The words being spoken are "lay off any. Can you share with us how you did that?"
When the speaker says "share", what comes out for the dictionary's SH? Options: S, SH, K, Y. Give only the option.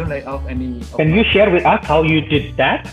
SH